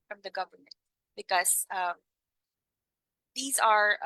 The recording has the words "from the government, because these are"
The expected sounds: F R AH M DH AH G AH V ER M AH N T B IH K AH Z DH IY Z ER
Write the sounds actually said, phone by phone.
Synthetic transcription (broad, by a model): F R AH M DH AH G AH V ER M AH N T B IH K AH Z DH IY Z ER